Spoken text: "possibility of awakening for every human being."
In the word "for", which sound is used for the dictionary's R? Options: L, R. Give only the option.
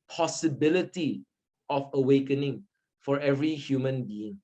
R